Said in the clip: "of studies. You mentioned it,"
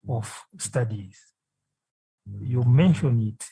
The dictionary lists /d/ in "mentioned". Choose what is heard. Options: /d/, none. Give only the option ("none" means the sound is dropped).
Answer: none